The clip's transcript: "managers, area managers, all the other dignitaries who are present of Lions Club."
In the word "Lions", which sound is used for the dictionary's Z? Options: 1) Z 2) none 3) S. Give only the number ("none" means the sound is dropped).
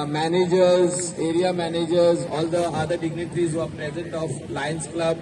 3